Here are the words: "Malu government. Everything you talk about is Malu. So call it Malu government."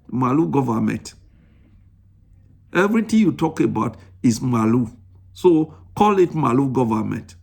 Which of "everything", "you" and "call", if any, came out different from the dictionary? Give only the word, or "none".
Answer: everything